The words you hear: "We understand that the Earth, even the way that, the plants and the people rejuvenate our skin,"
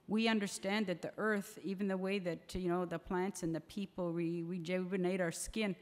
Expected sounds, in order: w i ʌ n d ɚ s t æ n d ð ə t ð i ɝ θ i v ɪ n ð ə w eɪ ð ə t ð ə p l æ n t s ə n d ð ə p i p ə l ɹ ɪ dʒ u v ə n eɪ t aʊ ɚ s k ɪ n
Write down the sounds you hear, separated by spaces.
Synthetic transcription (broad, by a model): w i ʌ n d ɚ s t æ n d ð ə t ð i ɝ θ i v ɪ n ð ə w eɪ ð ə t ð ə p l æ n t s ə n ð ə p i p l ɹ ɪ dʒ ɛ b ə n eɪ t aʊ ɚ s k ɪ n